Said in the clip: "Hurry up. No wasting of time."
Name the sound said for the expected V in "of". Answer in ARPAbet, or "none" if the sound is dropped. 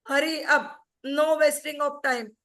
P